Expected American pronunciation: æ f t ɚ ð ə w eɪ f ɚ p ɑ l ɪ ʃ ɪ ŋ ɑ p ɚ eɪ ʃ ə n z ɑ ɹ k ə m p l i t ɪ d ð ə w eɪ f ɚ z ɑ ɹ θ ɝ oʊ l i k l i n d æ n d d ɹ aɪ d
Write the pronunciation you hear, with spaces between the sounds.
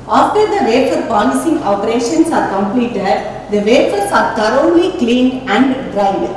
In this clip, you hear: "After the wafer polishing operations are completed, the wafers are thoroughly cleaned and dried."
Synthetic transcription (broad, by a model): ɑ f t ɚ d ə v eɪ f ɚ p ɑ l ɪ s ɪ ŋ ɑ p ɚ eɪ ʃ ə n s ɑ ɹ k ə m p l i t ɪ d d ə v eɪ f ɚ s ɑ ɹ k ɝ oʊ l i k l i n æ n d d ɹ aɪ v